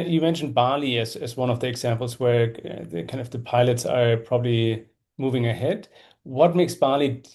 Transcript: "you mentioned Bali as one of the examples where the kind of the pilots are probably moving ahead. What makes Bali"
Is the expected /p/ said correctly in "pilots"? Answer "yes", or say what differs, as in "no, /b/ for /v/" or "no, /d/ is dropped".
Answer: yes